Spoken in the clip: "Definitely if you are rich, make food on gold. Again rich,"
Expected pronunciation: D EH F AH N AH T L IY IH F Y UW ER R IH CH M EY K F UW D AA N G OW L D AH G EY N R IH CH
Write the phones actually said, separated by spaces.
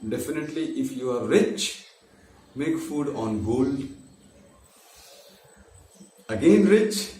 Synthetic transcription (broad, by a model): D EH F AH N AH T L IY IH F Y UW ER R IH CH M EY K F UW D AA N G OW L AH G EY N R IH CH